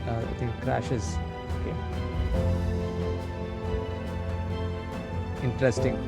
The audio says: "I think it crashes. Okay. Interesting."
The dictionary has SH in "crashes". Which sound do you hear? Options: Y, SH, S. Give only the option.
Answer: SH